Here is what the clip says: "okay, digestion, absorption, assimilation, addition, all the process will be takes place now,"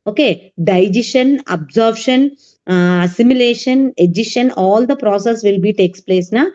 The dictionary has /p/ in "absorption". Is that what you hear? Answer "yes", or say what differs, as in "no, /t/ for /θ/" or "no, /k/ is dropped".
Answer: no, /b/ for /p/